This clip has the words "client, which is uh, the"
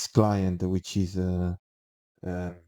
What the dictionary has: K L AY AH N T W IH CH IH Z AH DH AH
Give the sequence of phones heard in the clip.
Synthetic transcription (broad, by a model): K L AY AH N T W IH CH IH Z AH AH